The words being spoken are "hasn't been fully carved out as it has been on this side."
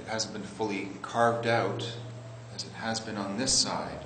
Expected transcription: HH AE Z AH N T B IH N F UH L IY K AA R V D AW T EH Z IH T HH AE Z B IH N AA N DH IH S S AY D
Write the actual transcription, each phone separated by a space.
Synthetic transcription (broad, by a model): HH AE Z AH N B IH N F UH L IY K AA R V D AW T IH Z IH T HH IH Z B IH N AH N DH IH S S AY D